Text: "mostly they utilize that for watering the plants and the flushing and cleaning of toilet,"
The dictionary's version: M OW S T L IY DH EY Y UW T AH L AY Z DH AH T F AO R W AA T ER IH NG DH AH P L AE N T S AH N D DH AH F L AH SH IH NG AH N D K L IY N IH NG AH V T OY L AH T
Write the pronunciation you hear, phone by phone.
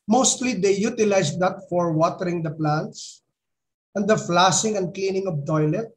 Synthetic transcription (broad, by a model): M OW S T L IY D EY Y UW T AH L AY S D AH T F AO R W AA T ER IH NG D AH P L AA N T S AH N D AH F L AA S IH NG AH N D K L IY N IH NG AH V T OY L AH T